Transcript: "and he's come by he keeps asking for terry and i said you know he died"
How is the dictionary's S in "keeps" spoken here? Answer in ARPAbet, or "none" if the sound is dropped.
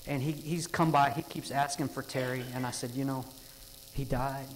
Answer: S